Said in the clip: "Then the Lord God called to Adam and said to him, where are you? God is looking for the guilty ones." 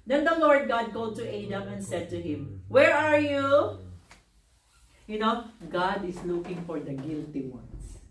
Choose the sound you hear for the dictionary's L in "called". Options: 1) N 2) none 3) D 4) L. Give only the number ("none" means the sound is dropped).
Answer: 2